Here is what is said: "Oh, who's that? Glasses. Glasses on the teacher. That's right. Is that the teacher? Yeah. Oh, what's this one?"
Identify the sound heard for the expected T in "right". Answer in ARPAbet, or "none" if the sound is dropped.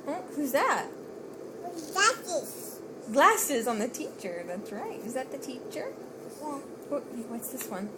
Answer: T